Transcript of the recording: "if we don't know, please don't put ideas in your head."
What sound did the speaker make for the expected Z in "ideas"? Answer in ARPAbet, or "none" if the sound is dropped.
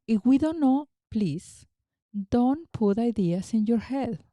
S